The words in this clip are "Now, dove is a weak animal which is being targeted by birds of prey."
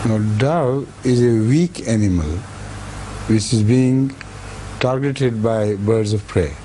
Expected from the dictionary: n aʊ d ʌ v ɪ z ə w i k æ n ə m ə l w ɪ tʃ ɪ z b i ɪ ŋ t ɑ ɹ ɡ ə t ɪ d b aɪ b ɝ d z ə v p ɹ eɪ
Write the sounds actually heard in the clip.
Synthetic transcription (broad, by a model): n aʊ d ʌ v ɪ z ə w i k æ n ə m ə l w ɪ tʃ ɪ z b i ɪ ŋ t ɑ ɹ ɡ ə t ɪ d b aɪ b ɝ d z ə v p ɹ eɪ